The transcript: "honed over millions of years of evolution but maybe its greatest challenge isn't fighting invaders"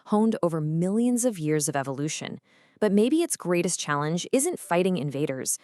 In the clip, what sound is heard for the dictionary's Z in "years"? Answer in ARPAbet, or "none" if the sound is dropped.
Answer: Z